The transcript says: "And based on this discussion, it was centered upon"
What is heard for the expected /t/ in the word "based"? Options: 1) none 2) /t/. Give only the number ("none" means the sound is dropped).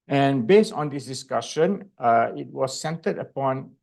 2